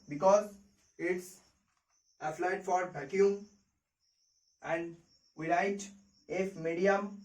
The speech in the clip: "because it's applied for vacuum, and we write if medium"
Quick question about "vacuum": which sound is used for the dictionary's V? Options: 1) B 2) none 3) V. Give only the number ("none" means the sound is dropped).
1